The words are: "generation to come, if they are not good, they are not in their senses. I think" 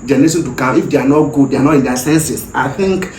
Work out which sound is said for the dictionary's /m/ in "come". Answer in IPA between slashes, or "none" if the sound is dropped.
none